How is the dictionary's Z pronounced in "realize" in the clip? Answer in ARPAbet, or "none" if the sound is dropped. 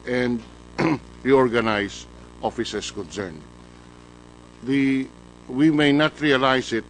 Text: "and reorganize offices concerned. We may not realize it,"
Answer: S